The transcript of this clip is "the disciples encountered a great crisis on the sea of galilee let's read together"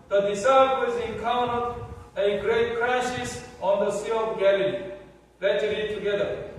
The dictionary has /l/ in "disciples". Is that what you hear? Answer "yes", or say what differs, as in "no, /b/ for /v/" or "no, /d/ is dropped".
no, /l/ is dropped